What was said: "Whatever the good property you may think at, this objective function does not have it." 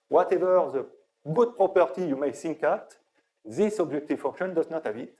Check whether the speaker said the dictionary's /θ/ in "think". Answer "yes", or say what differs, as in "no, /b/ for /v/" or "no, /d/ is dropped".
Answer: no, /s/ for /θ/